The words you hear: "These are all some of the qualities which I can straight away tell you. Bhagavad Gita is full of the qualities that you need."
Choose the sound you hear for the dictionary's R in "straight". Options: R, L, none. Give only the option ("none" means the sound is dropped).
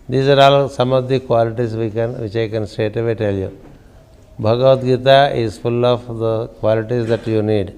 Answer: none